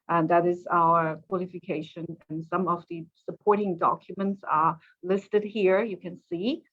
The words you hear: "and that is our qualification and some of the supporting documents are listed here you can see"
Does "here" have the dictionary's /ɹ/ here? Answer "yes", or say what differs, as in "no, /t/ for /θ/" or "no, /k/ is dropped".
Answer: yes